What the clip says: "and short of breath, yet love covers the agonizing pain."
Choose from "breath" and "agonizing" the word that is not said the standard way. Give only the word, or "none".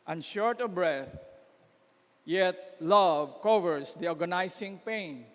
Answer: agonizing